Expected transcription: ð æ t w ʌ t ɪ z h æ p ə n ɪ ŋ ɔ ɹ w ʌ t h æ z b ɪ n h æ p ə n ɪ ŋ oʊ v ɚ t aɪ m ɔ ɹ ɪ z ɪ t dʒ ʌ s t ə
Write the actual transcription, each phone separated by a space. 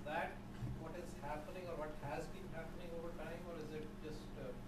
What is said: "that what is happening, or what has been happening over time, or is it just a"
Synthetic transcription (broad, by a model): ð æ t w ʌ t ɪ z h æ p ə n ɪ ŋ ɔ ɹ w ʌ t h æ z b ɪ n h æ p ə n ɪ ŋ oʊ v ɚ t aɪ m ɔ ɹ ɪ z ɪ t dʒ ʌ s t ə